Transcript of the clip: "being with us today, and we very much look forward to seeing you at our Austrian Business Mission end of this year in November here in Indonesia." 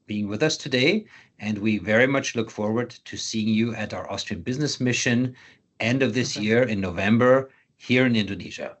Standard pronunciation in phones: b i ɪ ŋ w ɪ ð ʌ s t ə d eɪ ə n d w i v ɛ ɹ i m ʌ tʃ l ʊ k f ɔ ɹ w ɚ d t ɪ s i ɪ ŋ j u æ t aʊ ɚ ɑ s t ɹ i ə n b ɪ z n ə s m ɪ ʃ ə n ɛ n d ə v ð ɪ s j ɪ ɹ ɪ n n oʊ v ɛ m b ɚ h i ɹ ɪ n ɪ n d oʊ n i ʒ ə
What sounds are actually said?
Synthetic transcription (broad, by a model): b i ɪ ŋ w ɪ ð ʌ s t ə d eɪ ə n d w i v ɛ ɹ i m ʌ tʃ l ʊ k f ɔ ɹ w ɚ d t ɪ s i ɪ ŋ j u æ t aʊ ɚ ɑ s t ɹ i ə n b ɪ z n ə s m ɪ ʃ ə n ɛ n d ə v ð ɪ s j ɪ ɹ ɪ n n oʊ v ɛ m b ɚ h i ɹ ɪ n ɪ n d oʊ n i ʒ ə